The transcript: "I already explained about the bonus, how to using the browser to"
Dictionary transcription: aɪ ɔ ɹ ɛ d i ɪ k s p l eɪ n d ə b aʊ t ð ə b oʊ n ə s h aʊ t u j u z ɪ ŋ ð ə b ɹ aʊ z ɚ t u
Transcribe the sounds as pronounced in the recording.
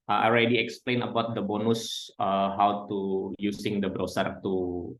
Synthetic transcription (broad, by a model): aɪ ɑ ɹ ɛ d i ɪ k s p l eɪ n ə b aʊ t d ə b oʊ n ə s h aʊ t u j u s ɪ ŋ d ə b ɹ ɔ s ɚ t u